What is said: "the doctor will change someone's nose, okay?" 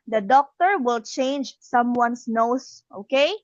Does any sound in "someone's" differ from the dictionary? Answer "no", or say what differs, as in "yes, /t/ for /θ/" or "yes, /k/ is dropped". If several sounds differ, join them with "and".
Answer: yes, /s/ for /z/